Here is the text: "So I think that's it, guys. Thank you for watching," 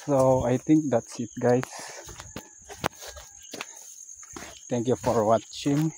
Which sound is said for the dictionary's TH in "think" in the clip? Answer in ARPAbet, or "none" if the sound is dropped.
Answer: T